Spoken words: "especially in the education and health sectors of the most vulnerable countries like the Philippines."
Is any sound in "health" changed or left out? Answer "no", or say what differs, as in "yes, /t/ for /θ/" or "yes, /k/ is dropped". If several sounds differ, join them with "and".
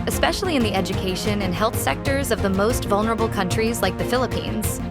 no